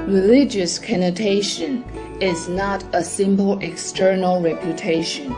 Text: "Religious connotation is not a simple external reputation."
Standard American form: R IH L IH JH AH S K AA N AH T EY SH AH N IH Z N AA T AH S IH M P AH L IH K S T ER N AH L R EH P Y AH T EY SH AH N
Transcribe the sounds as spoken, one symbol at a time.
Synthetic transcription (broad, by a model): R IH L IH JH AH S K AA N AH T EY SH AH N IH Z N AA T AH S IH M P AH L IH K S T ER N AH L R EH P Y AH T EY SH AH N